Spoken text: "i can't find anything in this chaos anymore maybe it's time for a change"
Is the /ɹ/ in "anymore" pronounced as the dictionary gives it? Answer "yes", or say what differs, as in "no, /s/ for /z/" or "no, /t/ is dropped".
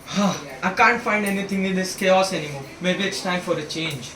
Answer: no, /l/ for /ɹ/